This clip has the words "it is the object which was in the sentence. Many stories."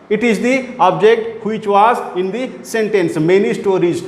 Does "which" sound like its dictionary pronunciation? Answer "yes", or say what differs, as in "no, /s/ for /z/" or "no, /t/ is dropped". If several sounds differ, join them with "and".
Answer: yes